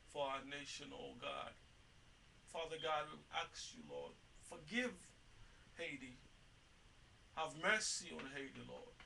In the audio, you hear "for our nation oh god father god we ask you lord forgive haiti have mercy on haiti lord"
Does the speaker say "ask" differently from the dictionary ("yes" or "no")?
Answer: yes